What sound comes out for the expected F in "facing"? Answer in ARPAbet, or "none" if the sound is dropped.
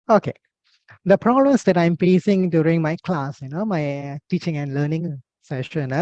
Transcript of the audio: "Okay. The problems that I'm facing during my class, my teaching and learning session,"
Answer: P